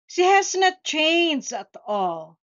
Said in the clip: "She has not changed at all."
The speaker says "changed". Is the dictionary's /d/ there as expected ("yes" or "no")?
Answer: no